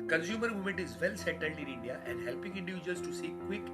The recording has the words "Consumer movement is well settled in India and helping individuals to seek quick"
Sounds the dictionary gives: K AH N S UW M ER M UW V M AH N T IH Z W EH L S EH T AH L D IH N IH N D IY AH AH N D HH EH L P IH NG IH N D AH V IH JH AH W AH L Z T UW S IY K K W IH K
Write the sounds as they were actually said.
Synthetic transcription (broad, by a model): K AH N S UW M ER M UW M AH N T IH Z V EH L S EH T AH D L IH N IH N D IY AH AH N D HH EH L P IH NG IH N D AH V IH JH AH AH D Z T UW S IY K K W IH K